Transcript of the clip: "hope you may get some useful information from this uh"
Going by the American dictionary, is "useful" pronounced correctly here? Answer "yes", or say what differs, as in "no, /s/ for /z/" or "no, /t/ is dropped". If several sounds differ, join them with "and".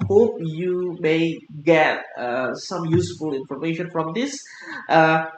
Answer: yes